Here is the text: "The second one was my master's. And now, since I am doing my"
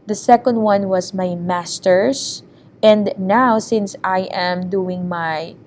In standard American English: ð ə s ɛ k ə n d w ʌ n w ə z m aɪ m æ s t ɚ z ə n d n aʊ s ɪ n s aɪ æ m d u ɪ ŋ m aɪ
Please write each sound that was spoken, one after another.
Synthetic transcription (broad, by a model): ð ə s ɛ k ə n d w ʌ n w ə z m aɪ m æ s t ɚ s ə n d n aʊ s ɪ n s aɪ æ m d u ɪ ŋ m aɪ